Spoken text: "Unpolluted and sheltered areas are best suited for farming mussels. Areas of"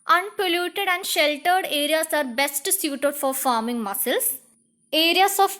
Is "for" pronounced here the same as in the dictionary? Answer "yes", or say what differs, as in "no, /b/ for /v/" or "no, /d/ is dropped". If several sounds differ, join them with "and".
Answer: yes